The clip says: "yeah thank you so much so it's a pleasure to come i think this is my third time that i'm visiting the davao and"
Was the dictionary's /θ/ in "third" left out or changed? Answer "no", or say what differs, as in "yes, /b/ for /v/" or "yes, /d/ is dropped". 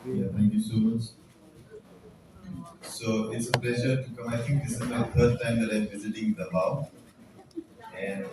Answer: yes, /f/ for /θ/